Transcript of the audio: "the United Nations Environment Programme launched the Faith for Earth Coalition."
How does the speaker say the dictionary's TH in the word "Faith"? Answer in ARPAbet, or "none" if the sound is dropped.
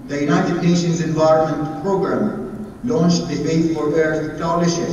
T